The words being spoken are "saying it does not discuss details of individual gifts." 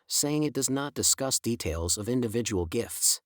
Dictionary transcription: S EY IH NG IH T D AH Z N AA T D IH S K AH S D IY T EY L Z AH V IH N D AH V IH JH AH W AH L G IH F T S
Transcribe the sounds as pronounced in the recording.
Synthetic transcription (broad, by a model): S EY IH NG IH T D AH Z N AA T D IH S K AH S D IY T EY L Z AH V IH N D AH V IH JH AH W L G IH F T S